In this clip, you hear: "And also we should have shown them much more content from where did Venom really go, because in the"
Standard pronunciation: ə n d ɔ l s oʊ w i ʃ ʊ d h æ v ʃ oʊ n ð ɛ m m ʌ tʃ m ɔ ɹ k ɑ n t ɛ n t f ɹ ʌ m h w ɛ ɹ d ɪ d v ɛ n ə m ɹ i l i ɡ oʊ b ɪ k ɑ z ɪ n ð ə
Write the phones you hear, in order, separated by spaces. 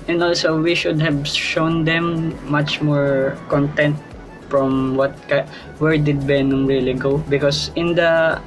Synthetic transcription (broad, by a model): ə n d ɔ l s oʊ w i ʃ ʊ d h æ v ʃ oʊ n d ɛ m m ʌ tʃ m ɔ ɹ k ɑ n t ɛ n t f ɹ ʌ m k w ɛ ɹ d ɪ d b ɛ n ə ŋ ɹ i l i ɡ oʊ b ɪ k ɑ s ɪ n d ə